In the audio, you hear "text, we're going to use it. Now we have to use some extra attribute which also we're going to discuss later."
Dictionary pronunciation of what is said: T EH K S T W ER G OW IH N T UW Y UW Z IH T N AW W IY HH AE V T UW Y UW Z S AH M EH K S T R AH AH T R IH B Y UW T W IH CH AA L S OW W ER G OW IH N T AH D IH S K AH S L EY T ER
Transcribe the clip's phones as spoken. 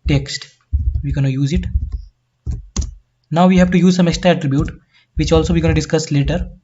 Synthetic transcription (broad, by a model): T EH K S T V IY G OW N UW Y UW Z IH T N AW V IY HH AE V T UW Y UW Z S AH M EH K S T AH AH T R IH B Y UW T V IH CH AA L S OW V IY G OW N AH D IH S K AH S L EY T ER